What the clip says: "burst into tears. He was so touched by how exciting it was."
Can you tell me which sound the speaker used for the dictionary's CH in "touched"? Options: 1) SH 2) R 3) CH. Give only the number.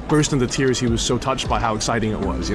3